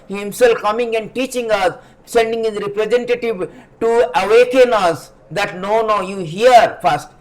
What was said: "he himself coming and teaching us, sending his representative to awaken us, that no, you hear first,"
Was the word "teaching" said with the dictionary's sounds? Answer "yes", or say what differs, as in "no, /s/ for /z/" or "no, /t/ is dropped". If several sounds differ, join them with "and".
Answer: yes